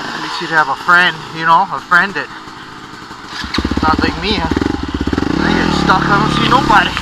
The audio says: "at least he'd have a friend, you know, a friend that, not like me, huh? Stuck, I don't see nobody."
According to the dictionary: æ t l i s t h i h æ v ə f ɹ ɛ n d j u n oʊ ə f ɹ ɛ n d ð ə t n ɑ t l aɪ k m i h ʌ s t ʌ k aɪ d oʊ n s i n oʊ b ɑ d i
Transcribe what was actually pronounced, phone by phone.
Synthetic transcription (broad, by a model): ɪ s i t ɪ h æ v ə f ɹ ɛ n d j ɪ n oʊ ə f ɹ ɛ n d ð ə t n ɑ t l aɪ k m i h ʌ s t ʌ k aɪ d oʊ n s i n oʊ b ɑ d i